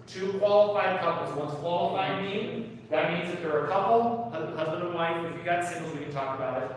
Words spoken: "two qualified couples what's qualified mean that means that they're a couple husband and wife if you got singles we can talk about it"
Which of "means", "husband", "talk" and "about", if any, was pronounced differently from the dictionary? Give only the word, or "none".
none